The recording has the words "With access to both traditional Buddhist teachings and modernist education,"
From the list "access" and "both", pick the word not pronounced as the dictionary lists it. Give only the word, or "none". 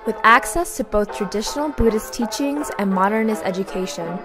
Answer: none